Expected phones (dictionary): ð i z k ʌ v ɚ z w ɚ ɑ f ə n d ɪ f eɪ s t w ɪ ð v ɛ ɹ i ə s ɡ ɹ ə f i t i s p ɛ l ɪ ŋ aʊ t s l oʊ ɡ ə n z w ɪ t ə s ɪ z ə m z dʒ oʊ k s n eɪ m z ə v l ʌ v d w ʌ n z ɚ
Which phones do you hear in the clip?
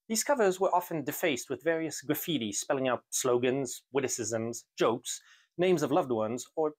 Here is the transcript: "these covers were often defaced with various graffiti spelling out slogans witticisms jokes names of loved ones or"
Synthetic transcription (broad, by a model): ð i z k ʌ v ɚ z w ɚ ɑ f ə n d ɪ f eɪ s t w ɪ ð v ɛ ɹ i ə s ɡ ɹ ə f i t i s p ɛ l ɪ ŋ aʊ t s l oʊ ɡ ə n z w ɪ t ə s ɪ z ə m z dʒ oʊ k s n eɪ m z ə v l ʌ v d w ʌ n z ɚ